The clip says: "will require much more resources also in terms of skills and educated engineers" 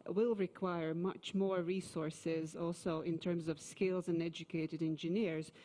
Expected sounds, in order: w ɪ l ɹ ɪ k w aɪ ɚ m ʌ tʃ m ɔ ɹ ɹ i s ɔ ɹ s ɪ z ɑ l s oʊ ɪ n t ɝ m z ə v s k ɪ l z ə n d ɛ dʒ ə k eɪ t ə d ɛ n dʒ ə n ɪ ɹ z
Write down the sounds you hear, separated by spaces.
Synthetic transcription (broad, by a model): w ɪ l ɹ ɪ k w aɪ ɚ m ʌ tʃ m ɔ ɹ ɹ i s ɔ ɹ s ɪ z ɑ l s oʊ ɪ n t ɝ m z ə v s k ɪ l z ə n ɛ dʒ ə k eɪ t ə d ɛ n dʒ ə n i ɹ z